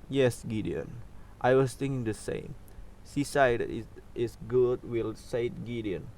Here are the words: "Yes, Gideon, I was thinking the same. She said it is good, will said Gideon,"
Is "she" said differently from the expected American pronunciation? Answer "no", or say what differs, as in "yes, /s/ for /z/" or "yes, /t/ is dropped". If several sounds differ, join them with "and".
yes, /s/ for /ʃ/